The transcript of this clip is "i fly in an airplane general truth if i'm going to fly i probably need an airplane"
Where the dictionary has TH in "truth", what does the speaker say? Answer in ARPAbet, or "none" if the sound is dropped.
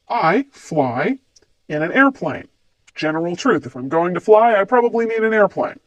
TH